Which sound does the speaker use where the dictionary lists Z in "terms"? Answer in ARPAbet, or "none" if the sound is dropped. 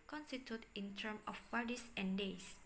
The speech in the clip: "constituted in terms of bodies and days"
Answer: none